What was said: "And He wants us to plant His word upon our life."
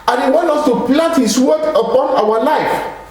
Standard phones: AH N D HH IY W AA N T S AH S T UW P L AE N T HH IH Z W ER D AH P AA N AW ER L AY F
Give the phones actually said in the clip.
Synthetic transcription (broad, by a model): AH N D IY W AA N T AH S T UW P L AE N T HH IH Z W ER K AH P AA N AW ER L AY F